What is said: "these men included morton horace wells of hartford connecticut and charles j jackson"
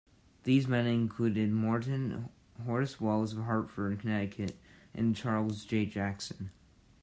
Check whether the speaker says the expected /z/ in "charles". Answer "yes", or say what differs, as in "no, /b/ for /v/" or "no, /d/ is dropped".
yes